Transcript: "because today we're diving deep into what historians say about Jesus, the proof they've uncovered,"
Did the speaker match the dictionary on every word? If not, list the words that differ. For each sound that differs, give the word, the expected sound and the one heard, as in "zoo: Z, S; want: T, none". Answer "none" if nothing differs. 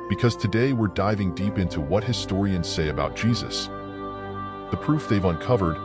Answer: none